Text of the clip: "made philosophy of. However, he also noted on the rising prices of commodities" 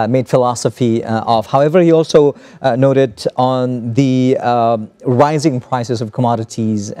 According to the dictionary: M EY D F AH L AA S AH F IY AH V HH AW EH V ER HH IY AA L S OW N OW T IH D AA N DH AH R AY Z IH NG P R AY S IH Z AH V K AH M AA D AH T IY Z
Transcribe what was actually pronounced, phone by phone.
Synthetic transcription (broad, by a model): M EY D F AH L AA S AH F IY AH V HH AW EH V ER HH IY AA L S OW N OW T IH D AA N DH AH R AY Z IH NG P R AY S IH S AH V K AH M AA D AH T IY Z